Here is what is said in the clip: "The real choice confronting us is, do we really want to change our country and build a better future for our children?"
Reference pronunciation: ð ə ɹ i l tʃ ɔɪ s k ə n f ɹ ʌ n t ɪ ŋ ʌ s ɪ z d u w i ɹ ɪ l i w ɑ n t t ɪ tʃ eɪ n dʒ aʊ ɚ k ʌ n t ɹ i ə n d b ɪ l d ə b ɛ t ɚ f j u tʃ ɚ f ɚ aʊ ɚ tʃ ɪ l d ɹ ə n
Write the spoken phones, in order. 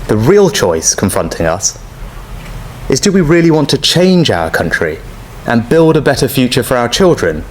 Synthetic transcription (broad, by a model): ð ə ɹ i l tʃ ɔɪ s k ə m f ɹ ʌ n t ɪ ŋ ʌ s ɪ z d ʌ w i ɹ ɪ l i w ɑ n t t ɪ tʃ eɪ n dʒ aʊ ɚ k ʌ n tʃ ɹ i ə n b ɪ l d ə b ɛ t ɚ f j u tʃ ɚ f ɚ aʊ ɚ tʃ ɪ l d ɹ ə n